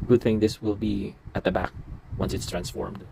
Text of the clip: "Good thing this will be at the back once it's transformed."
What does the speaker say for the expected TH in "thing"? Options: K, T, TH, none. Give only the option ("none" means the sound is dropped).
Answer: TH